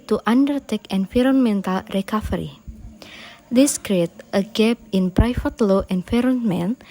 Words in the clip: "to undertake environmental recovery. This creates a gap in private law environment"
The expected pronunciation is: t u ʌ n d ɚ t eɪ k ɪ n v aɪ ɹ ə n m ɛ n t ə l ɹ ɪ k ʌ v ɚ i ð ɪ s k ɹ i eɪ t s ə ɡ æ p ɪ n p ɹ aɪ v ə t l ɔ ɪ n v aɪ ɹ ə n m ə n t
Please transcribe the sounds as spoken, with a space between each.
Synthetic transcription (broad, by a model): t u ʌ n d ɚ t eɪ k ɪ n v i ɹ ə n m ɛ n t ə l ɹ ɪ k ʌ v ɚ i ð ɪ s k ɹ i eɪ t ə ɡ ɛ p ɪ n p ɹ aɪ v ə t l ɔ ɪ n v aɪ ɹ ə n m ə n